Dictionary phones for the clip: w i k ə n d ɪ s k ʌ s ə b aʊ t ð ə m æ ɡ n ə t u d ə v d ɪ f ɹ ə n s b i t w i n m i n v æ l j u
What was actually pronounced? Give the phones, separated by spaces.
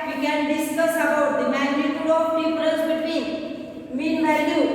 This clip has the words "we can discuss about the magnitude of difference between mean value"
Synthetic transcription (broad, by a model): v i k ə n d ɪ s k ʌ s ə b aʊ t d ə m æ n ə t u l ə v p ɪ p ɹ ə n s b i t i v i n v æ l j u